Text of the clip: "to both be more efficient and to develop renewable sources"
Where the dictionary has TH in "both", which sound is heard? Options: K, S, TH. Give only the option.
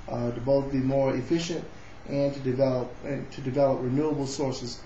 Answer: TH